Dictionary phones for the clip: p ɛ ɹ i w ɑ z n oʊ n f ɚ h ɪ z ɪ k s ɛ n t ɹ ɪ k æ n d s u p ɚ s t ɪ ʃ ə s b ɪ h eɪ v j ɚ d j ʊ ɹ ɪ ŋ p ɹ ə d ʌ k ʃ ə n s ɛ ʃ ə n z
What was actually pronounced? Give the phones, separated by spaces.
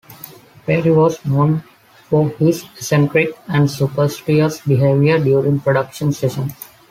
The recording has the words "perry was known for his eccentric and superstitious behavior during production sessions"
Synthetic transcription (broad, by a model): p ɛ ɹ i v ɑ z n oʊ n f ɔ h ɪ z s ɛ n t ɹ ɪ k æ n d s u p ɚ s t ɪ ə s b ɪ h eɪ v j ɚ d j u ɹ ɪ ŋ p ɹ ə d ʌ k ʃ ə n s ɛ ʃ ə n